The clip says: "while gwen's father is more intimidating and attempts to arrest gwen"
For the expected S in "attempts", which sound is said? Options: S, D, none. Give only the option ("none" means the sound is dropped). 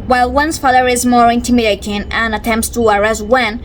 S